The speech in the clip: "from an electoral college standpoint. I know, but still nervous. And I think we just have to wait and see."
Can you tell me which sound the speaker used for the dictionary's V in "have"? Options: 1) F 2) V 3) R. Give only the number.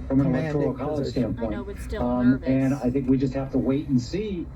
1